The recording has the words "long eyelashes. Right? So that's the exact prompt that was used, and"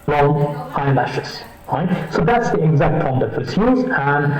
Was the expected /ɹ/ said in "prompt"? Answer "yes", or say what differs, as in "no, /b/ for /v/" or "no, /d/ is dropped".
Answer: no, /ɹ/ is dropped